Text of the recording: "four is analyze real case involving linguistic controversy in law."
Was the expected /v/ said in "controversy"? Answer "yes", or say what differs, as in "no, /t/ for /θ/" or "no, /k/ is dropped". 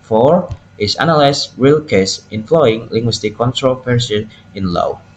no, /p/ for /v/